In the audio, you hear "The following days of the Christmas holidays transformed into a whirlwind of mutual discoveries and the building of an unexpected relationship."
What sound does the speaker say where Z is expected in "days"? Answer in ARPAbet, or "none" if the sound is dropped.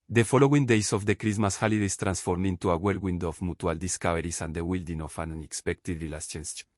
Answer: S